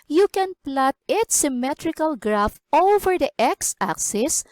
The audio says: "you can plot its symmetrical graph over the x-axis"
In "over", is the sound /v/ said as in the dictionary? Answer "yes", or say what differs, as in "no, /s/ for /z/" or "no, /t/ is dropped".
no, /f/ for /v/